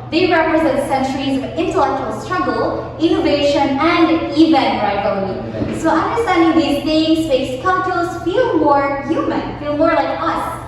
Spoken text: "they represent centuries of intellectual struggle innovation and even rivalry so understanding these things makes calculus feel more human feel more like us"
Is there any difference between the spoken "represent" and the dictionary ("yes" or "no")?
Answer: no